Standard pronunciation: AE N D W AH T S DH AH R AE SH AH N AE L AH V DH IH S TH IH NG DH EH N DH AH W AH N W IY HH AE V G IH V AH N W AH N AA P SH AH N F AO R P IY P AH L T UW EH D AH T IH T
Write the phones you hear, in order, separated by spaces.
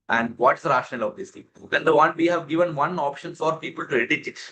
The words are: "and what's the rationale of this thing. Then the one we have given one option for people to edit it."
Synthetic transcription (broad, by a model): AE N D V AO T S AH R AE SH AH N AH L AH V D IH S T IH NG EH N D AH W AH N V IY HH AE V G IH V AH N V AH N AA P SH AH N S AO R P IY P AH L T UW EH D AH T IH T